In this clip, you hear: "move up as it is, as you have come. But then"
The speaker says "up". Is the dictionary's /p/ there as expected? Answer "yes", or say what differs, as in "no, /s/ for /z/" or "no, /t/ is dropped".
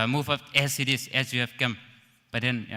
no, /f/ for /p/